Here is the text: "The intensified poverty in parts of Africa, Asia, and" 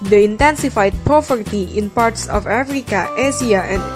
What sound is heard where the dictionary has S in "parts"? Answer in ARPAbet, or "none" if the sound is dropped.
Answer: S